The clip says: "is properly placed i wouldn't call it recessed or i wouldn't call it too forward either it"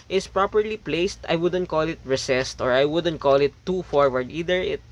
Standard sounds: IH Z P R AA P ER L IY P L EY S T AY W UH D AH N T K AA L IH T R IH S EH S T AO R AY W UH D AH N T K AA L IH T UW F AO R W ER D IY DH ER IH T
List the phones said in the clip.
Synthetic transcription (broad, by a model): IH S P R AA P ER L IY P L EY S T AY W UH D AH N T K AA L IH T R IH S EH S T AO R AY W UH D AH N T K AA L IH T UW F AO R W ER D IY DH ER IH T